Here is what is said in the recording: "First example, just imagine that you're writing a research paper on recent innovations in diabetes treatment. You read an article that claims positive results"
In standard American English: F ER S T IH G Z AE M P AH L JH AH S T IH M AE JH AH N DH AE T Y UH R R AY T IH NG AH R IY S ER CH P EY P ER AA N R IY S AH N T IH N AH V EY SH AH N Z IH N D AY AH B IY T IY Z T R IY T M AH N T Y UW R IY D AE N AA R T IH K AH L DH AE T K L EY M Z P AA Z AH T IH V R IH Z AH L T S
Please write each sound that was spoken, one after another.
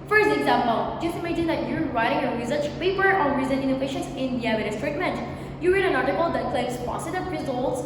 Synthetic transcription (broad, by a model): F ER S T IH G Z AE M P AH L JH AH S T IH M AE JH AH N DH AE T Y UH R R AY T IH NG AH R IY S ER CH P EY P ER AA N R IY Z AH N IH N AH F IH SH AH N S IH N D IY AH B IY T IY S T R IY T M AH N T Y UW R IY D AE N AA R T IH K AH L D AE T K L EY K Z P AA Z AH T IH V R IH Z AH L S